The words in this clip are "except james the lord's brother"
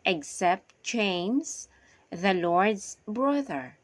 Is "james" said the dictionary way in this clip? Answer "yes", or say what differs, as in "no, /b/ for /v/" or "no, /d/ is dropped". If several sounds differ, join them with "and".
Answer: no, /tʃ/ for /dʒ/